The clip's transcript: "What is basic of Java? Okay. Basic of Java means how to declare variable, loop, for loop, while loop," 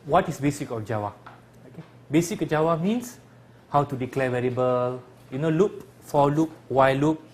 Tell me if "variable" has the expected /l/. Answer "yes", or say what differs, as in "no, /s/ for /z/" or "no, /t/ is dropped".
no, /n/ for /l/